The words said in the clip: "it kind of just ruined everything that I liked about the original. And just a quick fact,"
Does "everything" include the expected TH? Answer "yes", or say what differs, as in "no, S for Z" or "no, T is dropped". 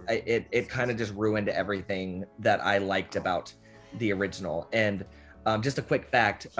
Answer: yes